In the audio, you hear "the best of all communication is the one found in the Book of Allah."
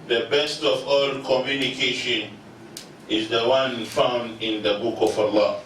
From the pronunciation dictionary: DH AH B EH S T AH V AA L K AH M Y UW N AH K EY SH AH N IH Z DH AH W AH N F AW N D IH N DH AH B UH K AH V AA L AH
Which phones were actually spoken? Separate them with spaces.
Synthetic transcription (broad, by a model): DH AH B EH S T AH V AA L K AH M Y UW N AH K EY SH AH N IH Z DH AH W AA N F AW N D IH N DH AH B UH K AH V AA L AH